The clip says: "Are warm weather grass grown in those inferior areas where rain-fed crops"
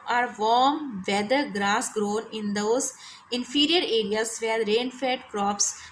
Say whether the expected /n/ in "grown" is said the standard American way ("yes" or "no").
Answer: yes